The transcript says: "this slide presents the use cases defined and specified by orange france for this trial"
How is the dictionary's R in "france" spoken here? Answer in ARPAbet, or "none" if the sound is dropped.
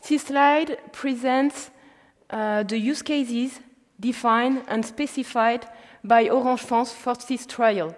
none